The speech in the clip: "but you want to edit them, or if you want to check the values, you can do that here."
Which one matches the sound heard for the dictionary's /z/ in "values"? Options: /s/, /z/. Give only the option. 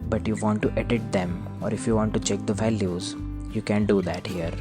/z/